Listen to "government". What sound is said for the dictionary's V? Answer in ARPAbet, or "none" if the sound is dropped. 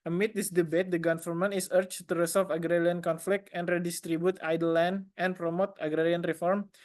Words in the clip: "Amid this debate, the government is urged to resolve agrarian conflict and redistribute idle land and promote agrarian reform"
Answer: F